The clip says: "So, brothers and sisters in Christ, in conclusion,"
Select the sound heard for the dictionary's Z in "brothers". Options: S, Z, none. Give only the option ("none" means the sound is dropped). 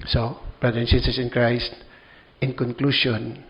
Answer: none